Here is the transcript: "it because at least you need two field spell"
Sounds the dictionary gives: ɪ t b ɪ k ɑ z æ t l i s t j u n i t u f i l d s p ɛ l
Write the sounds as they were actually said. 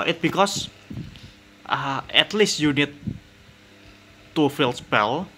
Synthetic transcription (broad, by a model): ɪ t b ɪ k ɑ s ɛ t l i s t j u n i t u f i l s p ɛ l